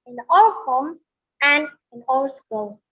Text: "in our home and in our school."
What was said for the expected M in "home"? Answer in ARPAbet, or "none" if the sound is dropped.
M